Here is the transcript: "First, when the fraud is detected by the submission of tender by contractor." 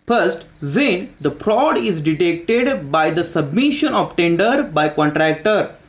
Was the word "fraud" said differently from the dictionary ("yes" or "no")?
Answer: yes